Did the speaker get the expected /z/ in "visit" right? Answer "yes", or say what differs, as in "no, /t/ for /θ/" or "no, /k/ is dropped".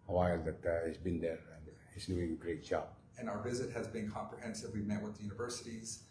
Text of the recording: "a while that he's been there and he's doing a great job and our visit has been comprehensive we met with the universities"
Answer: yes